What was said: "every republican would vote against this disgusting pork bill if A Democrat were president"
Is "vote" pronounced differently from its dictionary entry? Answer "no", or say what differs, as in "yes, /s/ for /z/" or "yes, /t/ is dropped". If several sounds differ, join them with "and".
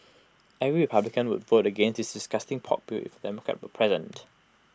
no